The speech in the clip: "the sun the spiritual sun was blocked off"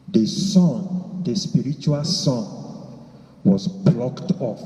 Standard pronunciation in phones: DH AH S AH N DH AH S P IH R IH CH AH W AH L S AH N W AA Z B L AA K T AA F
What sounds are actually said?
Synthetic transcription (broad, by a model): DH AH S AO N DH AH S P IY R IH CH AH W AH L S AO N W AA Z B L AA K T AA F